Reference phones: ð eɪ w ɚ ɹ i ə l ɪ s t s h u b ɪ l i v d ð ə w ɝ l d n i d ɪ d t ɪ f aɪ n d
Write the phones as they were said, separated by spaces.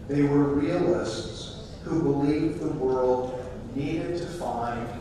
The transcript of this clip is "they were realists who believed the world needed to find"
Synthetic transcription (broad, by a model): ð eɪ w ɚ ɹ i ə l ɪ s t s h u b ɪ l i v ð ə w ɝ l d n i d ɪ d t ɪ f aɪ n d